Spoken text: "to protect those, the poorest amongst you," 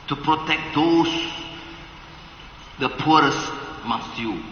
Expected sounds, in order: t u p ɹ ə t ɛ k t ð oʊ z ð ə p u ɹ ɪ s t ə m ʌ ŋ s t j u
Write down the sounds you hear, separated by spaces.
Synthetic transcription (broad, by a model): t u p ɹ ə t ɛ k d oʊ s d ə p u ɹ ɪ s m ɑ s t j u